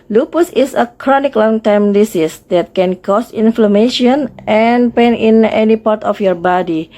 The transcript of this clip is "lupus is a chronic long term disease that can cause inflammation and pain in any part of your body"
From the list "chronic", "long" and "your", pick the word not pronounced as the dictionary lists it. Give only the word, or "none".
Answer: none